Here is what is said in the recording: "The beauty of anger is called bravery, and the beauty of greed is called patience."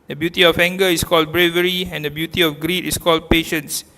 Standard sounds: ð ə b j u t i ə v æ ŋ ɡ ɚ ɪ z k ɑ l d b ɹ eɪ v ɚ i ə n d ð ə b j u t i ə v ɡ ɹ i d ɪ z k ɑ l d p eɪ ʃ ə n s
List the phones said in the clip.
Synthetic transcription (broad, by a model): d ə b j u t i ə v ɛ ŋ ɡ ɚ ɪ s k ɑ l d b ɹ eɪ v ɚ i ə n d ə b j u t i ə f ɡ ɹ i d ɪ s k ɑ l d p eɪ ʃ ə n s